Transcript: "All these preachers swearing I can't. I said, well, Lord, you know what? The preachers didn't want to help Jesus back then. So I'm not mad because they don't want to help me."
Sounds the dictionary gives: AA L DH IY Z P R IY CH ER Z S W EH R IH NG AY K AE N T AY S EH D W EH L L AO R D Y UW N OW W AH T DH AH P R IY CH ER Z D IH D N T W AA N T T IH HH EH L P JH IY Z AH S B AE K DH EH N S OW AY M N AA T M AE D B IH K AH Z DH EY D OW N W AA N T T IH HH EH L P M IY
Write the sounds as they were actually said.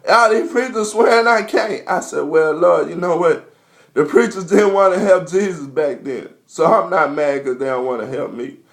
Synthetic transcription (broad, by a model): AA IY P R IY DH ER S W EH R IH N AY K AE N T AY S EH D W EH L L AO Y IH N OW W AH T DH AH P R IY CH ER Z D IH D N T W AA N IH HH EH L P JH IY Z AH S B AE K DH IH N S OW AY M N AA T M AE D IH K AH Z DH EY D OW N W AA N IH HH EH L P M IY